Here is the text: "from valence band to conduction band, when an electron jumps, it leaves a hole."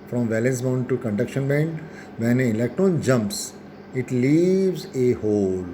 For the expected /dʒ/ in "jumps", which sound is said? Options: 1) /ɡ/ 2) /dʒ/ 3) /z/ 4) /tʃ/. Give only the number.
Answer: 2